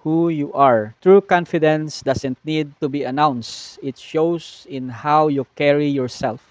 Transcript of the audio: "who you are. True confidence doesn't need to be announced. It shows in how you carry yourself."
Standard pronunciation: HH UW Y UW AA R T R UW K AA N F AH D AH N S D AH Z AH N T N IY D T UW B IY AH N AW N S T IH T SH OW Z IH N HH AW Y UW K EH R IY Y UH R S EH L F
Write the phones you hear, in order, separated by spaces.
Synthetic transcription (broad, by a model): HH UW Y UW AA R T R UW K AA N F AH D AH N S D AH S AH N T N IY D T UW B IY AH N AW N S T IH T SH OW S IH N HH AW Y UW K EH R IY Y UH R S EH L F